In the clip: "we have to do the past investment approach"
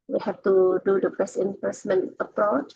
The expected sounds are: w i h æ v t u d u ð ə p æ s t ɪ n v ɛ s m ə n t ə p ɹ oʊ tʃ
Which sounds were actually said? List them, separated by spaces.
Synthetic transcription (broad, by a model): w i h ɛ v t u d u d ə b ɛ s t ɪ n p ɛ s m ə n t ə p ɹ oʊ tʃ